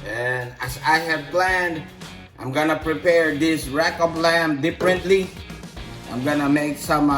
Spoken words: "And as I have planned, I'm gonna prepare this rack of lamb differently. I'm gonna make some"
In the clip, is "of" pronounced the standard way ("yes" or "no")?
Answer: no